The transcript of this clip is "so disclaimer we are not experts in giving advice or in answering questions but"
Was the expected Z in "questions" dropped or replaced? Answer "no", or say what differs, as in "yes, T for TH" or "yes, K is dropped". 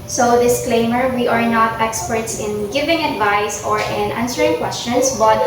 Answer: yes, S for Z